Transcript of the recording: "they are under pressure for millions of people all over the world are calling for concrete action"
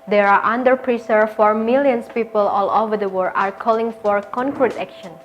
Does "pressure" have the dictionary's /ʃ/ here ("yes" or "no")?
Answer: no